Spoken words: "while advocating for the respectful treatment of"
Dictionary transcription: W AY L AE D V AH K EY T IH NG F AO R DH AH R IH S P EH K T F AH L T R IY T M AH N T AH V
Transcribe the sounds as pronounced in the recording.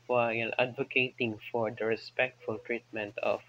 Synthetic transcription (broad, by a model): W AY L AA D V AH K EY T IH NG F AO R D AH R IH S P EH K T F AH L T R IY T M AH N T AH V